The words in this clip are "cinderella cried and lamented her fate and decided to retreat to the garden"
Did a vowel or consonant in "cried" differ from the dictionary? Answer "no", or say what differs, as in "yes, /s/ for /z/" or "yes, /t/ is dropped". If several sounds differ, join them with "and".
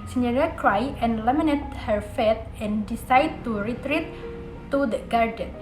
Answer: yes, /d/ is dropped